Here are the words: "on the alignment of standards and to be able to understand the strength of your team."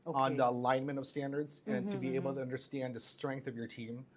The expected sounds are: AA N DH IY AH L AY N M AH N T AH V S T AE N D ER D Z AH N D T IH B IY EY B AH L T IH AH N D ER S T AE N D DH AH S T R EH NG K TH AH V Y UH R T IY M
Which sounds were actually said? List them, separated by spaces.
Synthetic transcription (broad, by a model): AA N DH IY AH L AY N M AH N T AH V S T AE N D ER D Z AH N T IH B IY EY B L T IH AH N D ER S T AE N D DH AH S T R EH NG K TH AH V Y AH R T IY M